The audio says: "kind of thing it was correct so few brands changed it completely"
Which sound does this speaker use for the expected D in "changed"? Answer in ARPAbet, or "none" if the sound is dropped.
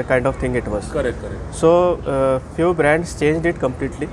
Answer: D